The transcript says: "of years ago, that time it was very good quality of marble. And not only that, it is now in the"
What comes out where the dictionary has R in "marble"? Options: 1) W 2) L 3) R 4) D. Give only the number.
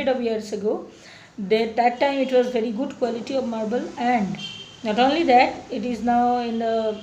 3